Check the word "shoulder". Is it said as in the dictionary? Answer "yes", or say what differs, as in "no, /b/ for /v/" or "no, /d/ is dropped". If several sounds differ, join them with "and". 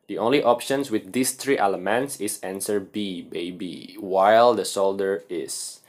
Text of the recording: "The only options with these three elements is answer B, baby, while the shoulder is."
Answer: no, /s/ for /ʃ/